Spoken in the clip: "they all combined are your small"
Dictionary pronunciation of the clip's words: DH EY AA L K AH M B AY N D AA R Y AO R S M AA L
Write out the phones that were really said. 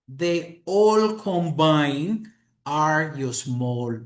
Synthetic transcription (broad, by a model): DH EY AA L K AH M B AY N AA R Y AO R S M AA L